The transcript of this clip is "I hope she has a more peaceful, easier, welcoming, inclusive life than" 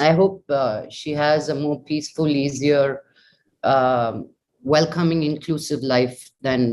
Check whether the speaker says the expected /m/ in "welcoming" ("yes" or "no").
yes